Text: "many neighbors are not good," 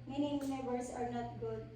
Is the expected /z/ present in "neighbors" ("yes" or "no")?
no